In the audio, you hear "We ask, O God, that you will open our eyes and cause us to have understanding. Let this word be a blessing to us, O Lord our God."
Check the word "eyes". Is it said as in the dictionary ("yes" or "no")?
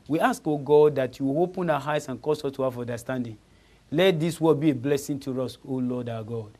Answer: no